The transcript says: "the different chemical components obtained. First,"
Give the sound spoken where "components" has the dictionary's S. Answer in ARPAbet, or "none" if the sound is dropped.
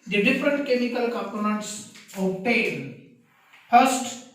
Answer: S